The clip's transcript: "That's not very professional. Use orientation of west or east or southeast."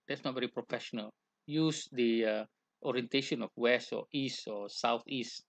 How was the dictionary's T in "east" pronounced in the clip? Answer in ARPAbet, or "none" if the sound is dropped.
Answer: T